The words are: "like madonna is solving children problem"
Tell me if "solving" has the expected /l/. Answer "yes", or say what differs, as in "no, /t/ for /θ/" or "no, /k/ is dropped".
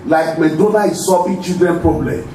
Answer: no, /l/ is dropped